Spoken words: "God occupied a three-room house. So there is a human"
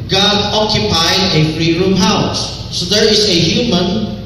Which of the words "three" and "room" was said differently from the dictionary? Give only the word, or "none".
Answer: three